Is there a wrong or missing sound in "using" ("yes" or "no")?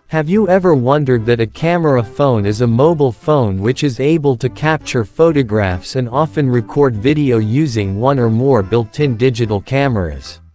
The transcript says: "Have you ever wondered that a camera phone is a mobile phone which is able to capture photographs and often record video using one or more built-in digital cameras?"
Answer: no